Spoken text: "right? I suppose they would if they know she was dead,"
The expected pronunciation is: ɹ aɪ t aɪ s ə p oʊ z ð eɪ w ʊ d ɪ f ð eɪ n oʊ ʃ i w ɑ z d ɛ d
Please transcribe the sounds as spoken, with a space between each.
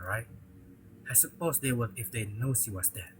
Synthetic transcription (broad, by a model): ɹ aɪ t aɪ s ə p oʊ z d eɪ w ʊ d ɪ f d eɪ n oʊ s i w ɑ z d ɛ